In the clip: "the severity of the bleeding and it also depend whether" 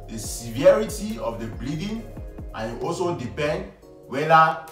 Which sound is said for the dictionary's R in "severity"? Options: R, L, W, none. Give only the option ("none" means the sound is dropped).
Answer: R